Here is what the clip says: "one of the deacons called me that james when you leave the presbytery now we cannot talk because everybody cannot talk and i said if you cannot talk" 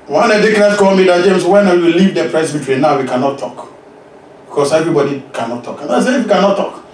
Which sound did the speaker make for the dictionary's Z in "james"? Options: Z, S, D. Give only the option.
S